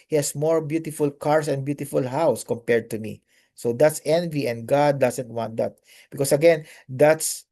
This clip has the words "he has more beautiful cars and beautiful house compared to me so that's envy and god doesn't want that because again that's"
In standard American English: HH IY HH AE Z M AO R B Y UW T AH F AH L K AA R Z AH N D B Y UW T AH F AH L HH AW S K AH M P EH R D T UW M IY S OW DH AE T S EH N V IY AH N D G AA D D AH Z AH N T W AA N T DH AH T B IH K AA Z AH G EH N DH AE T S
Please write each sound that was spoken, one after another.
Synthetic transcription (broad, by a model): HH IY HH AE S M AO R B Y UW T AH F AH L K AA R S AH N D B Y UW T AH F AH L HH AW S K AH M P EH R D T UW M IY S OW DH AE T S EH N V IY AH N D G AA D D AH S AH N T W AA N T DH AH T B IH K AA S AH G EH N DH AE T S